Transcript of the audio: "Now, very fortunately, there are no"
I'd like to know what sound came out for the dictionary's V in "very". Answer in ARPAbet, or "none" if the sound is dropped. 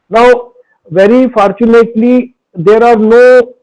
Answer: V